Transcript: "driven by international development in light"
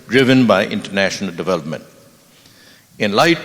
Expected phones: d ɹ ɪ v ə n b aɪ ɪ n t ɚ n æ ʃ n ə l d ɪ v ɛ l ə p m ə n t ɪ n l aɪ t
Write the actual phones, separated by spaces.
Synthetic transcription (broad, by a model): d ɹ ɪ v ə n b aɪ ɪ n t ɚ n æ ʃ n ə l d ɪ v ɛ l ə p m ə n t ɪ n l aɪ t